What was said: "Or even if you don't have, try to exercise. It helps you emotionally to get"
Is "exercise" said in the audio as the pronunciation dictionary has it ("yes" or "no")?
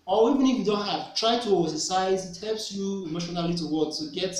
no